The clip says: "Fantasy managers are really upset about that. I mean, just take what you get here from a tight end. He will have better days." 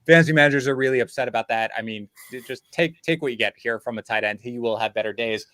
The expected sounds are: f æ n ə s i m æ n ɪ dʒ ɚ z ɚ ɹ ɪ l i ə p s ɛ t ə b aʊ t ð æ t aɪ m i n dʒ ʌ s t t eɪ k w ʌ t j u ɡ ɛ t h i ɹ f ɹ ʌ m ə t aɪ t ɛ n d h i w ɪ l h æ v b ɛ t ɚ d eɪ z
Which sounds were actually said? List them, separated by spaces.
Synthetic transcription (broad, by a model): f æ n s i m æ n ɪ dʒ ɚ z ɚ ɹ ɪ l i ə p s ɛ t ə b aʊ t ð æ t aɪ m i n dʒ ʌ s t t eɪ k w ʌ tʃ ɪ ɡ ɛ t h i ɹ f ɹ ʌ m ə t aɪ t ɛ n d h i w ɪ l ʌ v b ɛ t ɚ d eɪ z